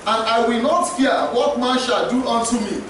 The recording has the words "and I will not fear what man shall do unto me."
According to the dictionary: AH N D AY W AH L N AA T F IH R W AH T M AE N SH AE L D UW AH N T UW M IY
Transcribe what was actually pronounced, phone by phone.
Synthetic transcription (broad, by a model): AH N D AY W AH L N AA T F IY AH W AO T M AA N SH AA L D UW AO N T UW M IY